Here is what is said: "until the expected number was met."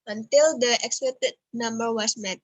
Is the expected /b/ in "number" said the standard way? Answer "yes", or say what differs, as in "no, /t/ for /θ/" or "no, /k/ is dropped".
yes